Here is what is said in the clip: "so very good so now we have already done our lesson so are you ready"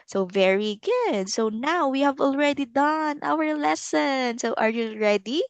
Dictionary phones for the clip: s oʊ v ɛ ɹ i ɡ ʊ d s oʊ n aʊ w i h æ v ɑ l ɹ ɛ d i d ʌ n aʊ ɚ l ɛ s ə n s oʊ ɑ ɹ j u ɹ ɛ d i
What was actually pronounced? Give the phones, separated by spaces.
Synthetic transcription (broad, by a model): s oʊ v ɛ ɹ i ɡ ʊ d s oʊ n aʊ w i h æ v ɑ l ɹ ɛ d i d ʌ n aʊ ɚ l ɛ s ə n s oʊ ɑ ɹ j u ɹ ɛ d i